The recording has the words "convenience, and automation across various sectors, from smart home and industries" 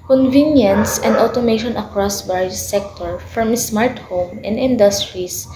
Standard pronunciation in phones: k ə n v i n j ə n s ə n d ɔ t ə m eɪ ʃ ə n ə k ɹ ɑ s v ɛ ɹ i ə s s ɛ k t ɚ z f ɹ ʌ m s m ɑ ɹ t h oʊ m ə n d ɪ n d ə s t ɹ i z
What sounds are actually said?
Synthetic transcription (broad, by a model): k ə n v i n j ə n s ə n d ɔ t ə m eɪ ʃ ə n ə k ɹ ɑ s b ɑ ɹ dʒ s ɛ k t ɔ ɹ f ɹ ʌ m s m ɑ ɹ t h oʊ m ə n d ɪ n d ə s t ɹ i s